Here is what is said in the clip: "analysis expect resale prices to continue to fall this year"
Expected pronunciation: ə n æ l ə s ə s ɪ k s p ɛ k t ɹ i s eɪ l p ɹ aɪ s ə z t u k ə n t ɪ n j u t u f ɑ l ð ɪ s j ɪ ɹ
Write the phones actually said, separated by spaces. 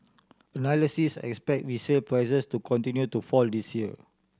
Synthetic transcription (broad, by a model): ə n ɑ l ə s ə s ɪ k s p ɛ k t w i s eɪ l p ɹ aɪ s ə s t u k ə n t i n j u t u f ɑ l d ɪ s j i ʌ